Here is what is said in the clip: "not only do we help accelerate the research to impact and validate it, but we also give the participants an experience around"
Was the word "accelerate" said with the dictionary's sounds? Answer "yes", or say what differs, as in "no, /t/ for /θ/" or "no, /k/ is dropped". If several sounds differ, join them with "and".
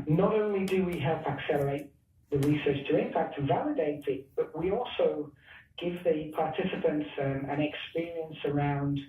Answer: yes